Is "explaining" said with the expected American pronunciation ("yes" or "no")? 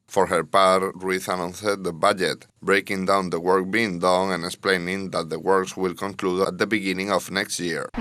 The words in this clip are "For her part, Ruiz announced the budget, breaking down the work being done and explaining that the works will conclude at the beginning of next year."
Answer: yes